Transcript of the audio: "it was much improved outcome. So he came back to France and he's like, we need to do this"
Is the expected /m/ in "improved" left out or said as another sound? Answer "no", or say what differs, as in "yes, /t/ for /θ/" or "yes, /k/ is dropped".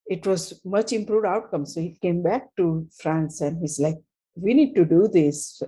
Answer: no